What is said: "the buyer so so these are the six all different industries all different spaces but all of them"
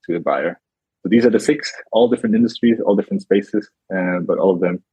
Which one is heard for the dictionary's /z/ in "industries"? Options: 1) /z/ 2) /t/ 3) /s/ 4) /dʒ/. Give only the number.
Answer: 1